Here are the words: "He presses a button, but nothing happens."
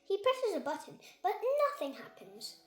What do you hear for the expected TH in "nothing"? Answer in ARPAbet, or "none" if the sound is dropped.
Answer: TH